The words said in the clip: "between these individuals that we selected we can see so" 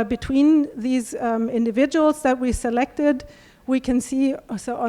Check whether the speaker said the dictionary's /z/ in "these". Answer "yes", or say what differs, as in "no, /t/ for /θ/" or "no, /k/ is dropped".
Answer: yes